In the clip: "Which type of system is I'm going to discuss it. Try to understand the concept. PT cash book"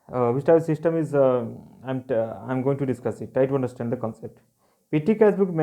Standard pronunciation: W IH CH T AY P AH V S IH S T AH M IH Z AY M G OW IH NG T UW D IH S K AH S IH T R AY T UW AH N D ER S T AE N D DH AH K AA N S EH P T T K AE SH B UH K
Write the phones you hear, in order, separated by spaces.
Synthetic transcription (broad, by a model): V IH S T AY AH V S IH S T AH M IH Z AY M G OW IH NG T UW D IH S K AH S IH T AY T UW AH N D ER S T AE N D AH K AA N S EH P T T K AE S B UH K